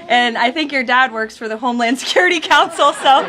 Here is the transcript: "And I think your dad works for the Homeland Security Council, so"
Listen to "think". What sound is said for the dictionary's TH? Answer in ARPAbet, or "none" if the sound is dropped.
TH